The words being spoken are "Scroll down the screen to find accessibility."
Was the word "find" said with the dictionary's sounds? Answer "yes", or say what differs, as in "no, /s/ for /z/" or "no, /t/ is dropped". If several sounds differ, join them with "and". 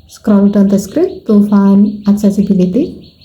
no, /d/ is dropped